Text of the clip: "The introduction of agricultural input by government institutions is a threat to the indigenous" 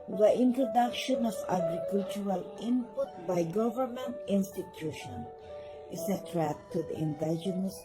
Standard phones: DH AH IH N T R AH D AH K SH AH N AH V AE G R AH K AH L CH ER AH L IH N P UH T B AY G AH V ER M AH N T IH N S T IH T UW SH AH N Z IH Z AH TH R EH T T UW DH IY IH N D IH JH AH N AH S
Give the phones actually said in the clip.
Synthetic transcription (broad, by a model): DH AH IH N T R AH D AH K SH AH N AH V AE G R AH K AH L CH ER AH L IH N P UH T B AY G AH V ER M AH N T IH N S T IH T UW SH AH N IH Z AH T R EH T T UW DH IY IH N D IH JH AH N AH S